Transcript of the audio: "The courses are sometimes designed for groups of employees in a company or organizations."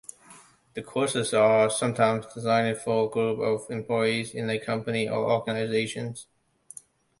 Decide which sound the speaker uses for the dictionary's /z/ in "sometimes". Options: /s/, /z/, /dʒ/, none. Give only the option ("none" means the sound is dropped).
/z/